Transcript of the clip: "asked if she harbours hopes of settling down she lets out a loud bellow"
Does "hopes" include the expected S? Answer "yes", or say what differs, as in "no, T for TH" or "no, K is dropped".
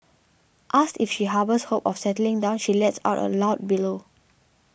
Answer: no, S is dropped